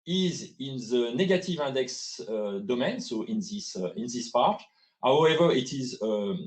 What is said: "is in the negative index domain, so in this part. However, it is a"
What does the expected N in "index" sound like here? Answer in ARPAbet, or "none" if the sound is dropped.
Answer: none